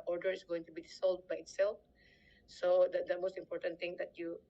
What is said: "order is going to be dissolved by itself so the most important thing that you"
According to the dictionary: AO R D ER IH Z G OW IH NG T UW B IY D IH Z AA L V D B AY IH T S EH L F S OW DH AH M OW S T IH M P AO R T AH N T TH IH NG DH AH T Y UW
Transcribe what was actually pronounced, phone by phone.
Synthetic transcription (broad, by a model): AO R D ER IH S G OW IH NG T UW B IY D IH S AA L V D B AY IH T S EH L F S OW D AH M OW S T IH M P AO R T AH N T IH NG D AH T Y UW